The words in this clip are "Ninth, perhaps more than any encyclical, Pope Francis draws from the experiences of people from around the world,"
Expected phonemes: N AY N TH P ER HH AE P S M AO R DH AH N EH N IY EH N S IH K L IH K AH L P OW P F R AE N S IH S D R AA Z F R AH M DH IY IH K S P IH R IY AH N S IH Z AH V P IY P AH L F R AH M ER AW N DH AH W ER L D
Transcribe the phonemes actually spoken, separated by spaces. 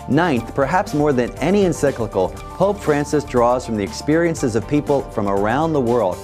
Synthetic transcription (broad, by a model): N AY N TH P ER HH AE P S M AO R DH AH N EH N IY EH N S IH K L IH K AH L P OW P F R AE N S IH S D R AA Z F R AH M DH IY IH K S P IH R IY AH N S IH Z AH V P IY P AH L F R AH M ER AW N DH AH W ER L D